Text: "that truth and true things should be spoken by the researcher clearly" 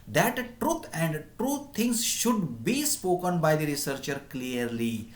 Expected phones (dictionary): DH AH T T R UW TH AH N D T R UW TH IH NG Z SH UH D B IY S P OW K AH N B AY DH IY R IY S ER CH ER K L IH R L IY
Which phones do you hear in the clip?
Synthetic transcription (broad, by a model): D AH T T R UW T AH N D T R UW T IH NG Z SH UH D B IY S P OW K AH N B AY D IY R IY S ER CH ER K L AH R L IY